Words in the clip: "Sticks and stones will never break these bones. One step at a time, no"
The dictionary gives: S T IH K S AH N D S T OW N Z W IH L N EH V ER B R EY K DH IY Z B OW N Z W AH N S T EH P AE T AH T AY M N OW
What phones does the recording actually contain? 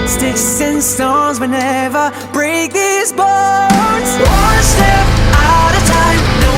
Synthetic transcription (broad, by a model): S T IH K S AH N S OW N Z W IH N EH V ER B R EY K DH IY Z B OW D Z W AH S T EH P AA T AH T AY M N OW